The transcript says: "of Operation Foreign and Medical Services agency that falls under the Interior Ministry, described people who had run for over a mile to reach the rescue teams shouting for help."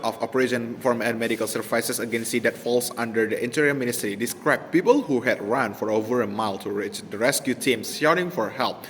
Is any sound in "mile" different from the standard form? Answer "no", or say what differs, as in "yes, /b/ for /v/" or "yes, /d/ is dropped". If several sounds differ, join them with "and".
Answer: no